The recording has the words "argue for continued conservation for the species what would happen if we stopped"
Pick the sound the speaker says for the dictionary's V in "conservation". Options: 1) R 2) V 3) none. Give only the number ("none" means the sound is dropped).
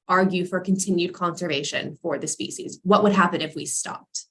2